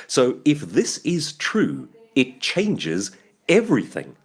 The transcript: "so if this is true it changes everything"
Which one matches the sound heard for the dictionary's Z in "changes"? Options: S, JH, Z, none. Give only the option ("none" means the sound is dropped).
Z